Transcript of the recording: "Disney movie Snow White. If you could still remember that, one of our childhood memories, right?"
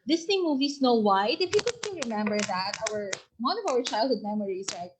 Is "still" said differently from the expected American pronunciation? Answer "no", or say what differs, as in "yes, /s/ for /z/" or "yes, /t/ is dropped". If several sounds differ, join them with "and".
yes, /n/ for /l/